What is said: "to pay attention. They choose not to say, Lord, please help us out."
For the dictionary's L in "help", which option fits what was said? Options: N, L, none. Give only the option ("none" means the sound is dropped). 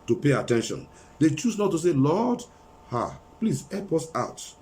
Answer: none